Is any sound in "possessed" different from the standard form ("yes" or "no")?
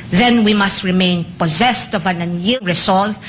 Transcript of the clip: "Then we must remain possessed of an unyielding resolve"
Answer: no